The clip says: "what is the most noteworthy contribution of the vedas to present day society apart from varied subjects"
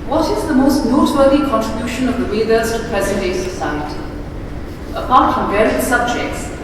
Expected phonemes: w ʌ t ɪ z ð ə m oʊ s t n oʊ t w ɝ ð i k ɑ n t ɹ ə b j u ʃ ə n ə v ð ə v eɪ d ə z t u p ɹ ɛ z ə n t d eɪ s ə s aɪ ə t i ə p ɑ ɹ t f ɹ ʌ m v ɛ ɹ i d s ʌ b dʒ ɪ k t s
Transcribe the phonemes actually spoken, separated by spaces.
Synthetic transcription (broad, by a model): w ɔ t ɪ z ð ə m oʊ s t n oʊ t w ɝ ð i k ɑ n t ɹ ə b j u ʃ ə n ə v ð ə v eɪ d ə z t u p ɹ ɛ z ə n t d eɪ s ə s aɪ ə t i ə p ɑ ɹ t f ɹ ʌ m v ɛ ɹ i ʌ s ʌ b dʒ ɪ k t s